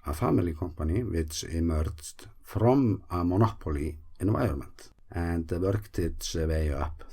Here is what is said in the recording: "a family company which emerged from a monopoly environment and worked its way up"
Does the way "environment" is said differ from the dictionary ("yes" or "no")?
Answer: yes